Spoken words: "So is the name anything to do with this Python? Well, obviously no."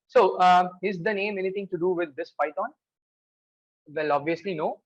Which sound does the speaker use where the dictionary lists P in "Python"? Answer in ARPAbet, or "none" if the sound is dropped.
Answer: F